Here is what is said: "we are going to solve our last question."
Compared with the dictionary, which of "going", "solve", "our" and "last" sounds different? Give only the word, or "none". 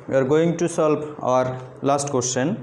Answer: solve